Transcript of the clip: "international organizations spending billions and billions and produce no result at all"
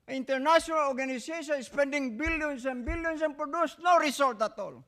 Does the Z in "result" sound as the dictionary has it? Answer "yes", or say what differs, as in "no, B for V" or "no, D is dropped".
no, S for Z